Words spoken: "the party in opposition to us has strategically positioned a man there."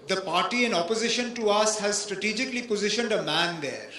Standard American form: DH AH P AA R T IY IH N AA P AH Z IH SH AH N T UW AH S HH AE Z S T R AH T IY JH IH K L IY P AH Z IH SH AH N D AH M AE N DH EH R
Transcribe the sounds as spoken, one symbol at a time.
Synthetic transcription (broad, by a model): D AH P AA R T IY IH N AA P AH Z IH SH AH N T UW AH S HH AE Z S T R AH T IY JH IH K L IY P AH Z IH SH AH N D AH M AE N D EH R